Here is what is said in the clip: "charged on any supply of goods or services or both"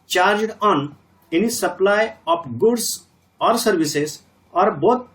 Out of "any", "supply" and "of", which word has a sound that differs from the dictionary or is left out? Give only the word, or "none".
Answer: of